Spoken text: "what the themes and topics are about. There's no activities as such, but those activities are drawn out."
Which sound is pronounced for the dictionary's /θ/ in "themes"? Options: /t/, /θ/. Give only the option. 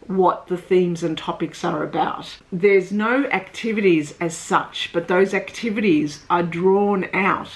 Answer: /θ/